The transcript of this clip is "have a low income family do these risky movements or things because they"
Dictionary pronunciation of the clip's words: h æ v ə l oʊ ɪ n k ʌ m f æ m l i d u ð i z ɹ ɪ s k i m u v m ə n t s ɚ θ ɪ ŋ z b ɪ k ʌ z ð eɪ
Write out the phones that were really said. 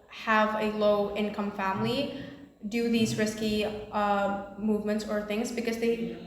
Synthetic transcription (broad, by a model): h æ v ə l oʊ ɪ n k ʌ m f æ m l i d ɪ ð i z ɹ ɪ s k i m u v m ə n t s ɚ θ ɪ ŋ z b ɪ k ʌ z ð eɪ